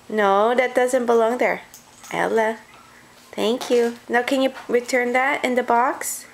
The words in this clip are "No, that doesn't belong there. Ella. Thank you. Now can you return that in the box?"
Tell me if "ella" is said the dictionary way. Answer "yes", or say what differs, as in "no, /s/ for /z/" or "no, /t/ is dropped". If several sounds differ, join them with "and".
yes